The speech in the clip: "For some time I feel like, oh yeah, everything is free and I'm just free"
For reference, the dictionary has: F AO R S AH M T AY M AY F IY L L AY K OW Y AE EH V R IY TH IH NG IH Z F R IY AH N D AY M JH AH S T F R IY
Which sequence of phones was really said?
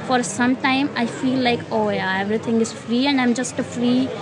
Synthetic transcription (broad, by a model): F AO R S AH M T AY M AY F IY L L AY K OW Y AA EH V R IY T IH NG IH Z F R IY AH N D AY M JH AH S T F R IY